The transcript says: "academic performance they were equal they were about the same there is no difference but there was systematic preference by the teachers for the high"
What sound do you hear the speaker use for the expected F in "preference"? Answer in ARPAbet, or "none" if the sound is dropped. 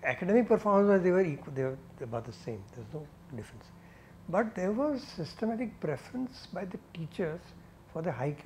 F